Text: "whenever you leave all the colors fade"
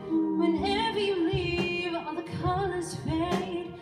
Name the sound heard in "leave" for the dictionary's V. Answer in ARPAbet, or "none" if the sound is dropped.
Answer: V